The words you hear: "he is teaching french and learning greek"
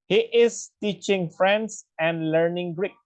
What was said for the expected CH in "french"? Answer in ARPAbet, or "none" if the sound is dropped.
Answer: S